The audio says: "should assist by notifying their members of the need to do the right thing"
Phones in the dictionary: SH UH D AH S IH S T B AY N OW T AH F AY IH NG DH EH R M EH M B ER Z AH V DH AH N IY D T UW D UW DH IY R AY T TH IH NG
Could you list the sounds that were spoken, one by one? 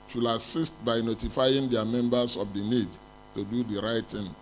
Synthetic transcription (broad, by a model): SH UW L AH S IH S T B AY N OW T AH F AY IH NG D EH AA M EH M B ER S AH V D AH N IY D T UW D UW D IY R AY T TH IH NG